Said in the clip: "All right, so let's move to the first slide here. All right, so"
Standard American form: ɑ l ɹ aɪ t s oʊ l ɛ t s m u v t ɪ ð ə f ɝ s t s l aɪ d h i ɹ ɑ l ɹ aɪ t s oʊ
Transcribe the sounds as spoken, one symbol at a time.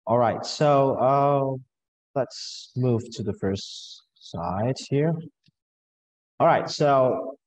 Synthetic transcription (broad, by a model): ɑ l ɹ aɪ t s oʊ l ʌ t s m u v t ɪ ð ə f ɝ s t s aɪ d h i ɹ ɑ l ɹ aɪ t s oʊ